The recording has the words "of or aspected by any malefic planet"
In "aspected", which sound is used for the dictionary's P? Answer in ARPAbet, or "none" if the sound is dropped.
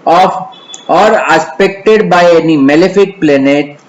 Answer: P